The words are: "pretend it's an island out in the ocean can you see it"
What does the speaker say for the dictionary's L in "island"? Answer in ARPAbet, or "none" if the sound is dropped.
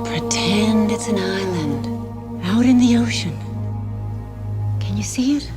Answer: L